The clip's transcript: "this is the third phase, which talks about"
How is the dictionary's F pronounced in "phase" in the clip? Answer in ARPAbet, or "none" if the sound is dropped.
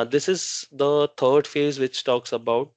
F